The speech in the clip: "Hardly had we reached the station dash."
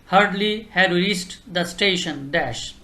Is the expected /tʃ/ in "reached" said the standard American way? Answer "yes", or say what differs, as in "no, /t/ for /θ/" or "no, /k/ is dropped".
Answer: no, /s/ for /tʃ/